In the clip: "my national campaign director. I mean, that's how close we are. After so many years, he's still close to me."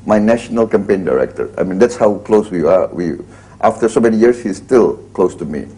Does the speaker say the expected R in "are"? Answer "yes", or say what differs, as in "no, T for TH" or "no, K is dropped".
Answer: no, W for R